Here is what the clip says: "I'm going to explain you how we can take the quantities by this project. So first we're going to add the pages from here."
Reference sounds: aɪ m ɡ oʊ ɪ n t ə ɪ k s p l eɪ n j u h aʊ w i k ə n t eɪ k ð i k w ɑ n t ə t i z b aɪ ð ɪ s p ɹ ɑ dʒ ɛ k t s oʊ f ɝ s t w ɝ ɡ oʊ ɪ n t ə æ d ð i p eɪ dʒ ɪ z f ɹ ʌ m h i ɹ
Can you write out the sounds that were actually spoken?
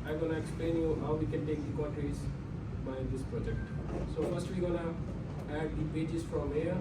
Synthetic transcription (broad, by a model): aɪ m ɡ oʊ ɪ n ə ɪ k s p l eɪ n j u h aʊ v i k ə n t eɪ k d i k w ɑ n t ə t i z b aɪ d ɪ s p ɹ ɑ dʒ ɛ k t s oʊ f ɝ s t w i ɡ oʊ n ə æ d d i b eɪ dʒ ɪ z f ɹ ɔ m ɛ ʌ